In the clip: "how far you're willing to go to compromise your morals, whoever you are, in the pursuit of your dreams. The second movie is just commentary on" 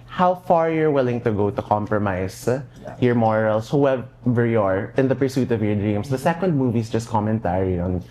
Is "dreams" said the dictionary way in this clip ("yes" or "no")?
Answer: no